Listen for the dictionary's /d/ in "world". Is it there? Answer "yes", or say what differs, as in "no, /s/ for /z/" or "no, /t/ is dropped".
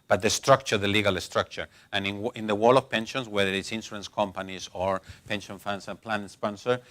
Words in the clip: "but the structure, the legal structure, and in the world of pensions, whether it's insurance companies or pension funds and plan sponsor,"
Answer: no, /d/ is dropped